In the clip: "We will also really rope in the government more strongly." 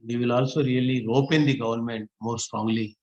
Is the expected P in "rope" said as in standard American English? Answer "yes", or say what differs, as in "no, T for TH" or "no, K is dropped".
yes